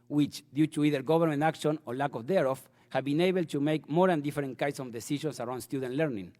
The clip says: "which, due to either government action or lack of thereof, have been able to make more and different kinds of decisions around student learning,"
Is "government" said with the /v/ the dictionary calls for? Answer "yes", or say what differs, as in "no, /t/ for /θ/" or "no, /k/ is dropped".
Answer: no, /b/ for /v/